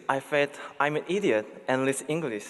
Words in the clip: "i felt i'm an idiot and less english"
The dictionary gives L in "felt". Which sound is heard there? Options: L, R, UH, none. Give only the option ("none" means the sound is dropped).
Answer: none